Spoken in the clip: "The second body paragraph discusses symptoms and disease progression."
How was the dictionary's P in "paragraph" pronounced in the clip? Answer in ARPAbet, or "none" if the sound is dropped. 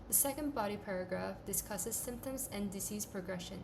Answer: P